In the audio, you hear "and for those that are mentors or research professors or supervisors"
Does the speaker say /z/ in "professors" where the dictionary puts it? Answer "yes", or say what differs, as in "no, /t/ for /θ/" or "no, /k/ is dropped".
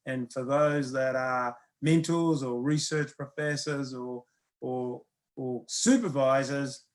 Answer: yes